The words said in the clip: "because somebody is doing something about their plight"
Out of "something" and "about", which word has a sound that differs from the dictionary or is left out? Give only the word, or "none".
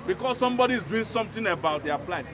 something